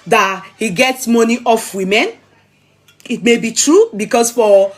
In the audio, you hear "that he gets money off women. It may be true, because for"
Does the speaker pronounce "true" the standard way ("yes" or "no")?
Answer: yes